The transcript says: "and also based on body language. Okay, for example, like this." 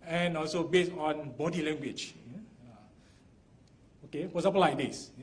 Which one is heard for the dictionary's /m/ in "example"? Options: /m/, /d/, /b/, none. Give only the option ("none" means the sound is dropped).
none